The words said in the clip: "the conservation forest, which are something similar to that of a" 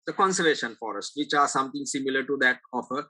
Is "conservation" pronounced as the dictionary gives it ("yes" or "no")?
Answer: yes